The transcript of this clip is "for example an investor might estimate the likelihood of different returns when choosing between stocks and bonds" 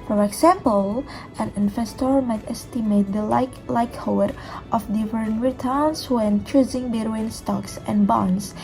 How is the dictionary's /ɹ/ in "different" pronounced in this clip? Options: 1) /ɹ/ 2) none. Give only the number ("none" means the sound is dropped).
2